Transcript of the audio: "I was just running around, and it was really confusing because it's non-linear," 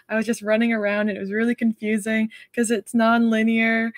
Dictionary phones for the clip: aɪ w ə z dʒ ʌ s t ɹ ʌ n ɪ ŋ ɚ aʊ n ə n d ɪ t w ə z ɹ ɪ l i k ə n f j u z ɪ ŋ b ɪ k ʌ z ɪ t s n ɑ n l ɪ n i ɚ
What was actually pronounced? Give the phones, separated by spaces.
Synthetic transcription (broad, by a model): aɪ w ə z dʒ ʌ s t ɹ ʌ n ɪ ŋ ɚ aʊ ə n d ɪ t w ə z ɹ ɪ l i k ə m f j u z ɪ ŋ k ʌ z ɪ t s n ɑ n l ɪ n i ɚ